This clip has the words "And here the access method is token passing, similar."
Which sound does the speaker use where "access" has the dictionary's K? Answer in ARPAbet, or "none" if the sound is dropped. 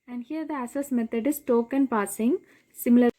none